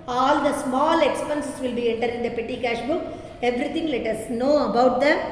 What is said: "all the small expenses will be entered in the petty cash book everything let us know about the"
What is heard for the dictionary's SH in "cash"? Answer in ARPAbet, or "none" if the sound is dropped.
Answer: SH